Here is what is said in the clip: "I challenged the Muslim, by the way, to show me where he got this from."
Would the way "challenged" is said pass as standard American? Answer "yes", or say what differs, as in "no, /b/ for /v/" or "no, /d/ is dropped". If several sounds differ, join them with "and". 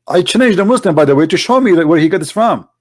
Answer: no, /n/ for /l/